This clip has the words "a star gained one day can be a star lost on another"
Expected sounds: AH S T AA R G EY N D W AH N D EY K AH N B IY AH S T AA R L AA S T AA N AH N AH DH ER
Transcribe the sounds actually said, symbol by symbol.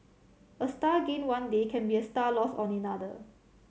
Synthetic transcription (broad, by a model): AH S T AA G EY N W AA N D EY K AH N B IY AH S T AA L AA S AA N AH N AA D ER